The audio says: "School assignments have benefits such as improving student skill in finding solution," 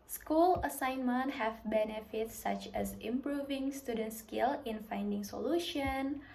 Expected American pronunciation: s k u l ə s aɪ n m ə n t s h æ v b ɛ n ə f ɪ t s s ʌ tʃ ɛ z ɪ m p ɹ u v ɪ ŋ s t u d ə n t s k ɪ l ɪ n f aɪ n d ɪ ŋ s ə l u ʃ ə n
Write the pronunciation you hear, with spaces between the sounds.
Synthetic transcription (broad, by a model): s k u l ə s aɪ n m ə n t h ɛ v b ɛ n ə f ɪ t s s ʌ tʃ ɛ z ɪ m p ɹ u v ɪ ŋ s t u d ə n t s k ɪ l ɪ n f aɪ n d ɪ ŋ s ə l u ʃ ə n